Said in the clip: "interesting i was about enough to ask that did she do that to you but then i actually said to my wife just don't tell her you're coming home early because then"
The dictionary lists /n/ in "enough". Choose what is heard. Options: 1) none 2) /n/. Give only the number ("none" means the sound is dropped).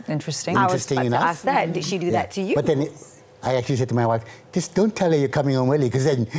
1